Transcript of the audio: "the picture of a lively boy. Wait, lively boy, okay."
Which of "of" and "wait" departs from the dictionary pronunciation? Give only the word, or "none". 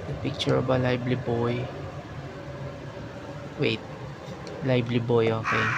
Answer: of